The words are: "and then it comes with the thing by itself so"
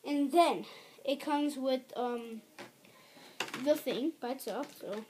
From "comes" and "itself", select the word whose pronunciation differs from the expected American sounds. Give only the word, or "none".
itself